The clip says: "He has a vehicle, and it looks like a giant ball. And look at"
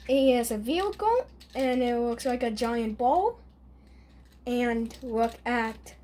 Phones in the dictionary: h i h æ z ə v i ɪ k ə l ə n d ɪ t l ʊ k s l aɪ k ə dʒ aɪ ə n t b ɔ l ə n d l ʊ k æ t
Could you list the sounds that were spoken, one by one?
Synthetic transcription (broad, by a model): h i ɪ z ə v i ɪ k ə l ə n ɪ t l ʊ k s l aɪ k ə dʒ aɪ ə n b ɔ l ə n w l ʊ k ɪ t